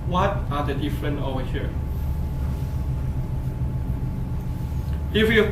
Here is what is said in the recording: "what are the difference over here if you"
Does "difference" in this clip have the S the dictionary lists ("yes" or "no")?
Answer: no